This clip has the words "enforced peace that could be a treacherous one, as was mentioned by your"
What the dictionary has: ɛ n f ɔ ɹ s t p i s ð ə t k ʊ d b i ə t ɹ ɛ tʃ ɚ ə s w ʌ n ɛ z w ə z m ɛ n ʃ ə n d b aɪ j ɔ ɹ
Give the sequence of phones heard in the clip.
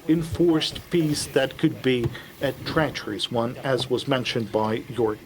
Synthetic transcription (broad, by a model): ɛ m f ɔ ɹ s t p i s ð ə t k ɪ d b i ə t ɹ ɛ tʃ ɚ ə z w ʌ n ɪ z w ə z m ɛ n ʃ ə n b aɪ j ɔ ɹ